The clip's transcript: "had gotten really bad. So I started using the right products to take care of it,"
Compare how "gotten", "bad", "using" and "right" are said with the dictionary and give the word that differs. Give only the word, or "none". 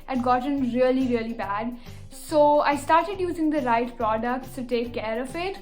gotten